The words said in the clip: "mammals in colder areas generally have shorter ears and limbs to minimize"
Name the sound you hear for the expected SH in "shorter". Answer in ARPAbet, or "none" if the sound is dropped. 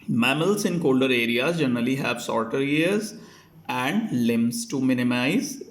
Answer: S